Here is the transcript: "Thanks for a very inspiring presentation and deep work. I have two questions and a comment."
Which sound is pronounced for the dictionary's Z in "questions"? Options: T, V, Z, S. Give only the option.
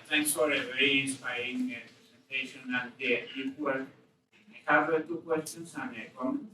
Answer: S